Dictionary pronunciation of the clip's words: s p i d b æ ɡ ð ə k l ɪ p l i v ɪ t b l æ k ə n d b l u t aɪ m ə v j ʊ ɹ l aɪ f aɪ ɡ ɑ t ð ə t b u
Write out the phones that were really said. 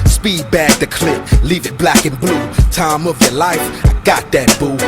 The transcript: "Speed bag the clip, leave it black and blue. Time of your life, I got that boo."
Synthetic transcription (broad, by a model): s p i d b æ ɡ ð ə k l ɪ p l i v ɪ t b l æ k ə n b l u t aɪ m ə v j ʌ ɹ l aɪ f aɪ ɡ ɑ t ð ə t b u